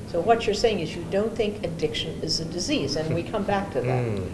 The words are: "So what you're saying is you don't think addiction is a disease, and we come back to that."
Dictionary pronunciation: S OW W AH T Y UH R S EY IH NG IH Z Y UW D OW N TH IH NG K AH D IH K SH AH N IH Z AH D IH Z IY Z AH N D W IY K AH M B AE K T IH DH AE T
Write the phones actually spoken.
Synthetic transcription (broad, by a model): S OW W AH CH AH R S EY IH NG IH Z Y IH D OW N TH IH NG K AH D IH K SH AH N IH Z AH D IH Z IY Z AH N W IY K AH M B AE K T IH DH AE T